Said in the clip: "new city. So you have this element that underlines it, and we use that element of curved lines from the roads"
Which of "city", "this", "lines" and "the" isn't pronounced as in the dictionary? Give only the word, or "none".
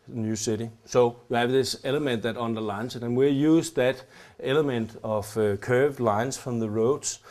lines